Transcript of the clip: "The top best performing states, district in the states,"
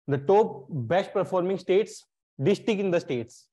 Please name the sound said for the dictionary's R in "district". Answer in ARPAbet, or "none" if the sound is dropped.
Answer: none